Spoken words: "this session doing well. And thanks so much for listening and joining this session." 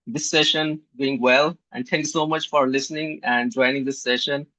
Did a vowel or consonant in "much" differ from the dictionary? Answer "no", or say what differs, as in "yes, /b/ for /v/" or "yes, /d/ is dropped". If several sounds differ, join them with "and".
no